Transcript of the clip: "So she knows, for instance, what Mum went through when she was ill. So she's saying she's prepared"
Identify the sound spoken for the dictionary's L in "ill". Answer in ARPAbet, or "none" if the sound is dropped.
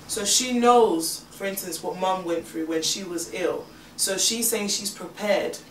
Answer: L